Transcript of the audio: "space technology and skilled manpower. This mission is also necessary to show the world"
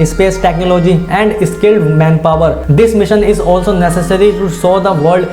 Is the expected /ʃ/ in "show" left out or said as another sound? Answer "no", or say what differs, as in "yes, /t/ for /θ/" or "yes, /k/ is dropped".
yes, /s/ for /ʃ/